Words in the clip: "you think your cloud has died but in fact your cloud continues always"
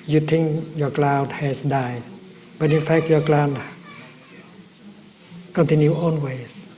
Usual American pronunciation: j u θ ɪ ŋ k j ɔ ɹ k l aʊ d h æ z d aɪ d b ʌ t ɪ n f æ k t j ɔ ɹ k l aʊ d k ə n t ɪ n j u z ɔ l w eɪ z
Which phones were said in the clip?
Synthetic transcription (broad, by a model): j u t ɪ ŋ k j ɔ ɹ k l aʊ d h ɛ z d aɪ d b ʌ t ɪ n f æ k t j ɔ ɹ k l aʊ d k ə n t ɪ n j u ɔ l w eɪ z